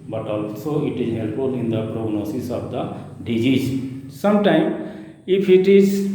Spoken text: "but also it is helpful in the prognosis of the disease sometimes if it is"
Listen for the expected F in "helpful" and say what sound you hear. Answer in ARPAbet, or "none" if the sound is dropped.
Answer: none